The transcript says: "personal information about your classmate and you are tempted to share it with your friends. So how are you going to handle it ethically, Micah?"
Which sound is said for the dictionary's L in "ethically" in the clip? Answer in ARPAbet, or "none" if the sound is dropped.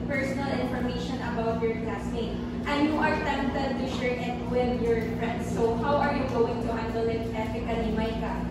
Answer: N